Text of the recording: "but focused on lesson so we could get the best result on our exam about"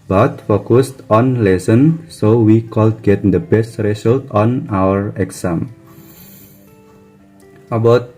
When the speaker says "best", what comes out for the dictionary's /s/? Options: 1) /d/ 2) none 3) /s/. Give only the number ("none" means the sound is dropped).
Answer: 3